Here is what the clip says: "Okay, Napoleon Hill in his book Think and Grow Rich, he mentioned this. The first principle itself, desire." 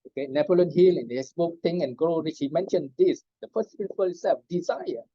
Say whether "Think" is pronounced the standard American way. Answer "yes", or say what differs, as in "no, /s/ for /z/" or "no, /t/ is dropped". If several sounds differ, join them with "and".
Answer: no, /t/ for /θ/ and /k/ is dropped